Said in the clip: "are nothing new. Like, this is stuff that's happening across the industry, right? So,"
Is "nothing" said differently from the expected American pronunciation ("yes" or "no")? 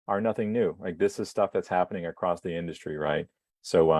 no